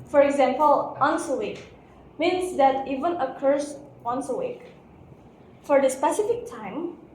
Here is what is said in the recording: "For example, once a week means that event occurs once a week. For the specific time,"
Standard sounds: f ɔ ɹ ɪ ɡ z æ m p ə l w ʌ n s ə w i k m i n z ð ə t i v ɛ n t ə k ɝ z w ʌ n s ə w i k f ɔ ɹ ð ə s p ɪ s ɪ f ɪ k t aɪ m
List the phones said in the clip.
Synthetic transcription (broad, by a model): f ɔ ɹ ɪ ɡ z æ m p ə l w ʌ n s ə w i k m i n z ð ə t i v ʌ n ə k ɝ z w ʌ n s ə w i k f ɔ ɹ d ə s p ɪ s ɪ f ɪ k t aɪ m